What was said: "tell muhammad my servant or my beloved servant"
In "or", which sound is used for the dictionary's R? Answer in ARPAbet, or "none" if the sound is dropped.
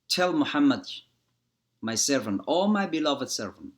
L